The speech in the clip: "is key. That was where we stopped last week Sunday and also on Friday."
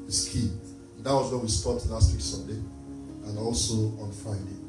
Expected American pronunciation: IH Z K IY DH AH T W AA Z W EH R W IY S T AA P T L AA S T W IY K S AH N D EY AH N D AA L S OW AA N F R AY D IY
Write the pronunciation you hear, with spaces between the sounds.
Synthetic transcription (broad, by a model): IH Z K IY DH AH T W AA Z W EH W IY S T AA T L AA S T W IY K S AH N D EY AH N AA L S OW AA N F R AY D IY